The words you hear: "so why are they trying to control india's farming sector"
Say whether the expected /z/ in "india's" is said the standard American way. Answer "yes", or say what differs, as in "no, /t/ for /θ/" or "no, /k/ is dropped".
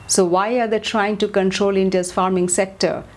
no, /s/ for /z/